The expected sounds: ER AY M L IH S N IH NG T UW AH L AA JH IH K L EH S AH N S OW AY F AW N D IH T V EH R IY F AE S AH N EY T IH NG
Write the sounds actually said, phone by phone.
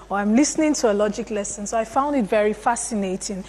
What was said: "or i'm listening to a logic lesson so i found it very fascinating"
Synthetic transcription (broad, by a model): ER AY M L IH S N IH NG T UW AH L AA JH IH K L EH S AH N S OW AY F AW N D IH T V EH R IY F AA S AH N EY T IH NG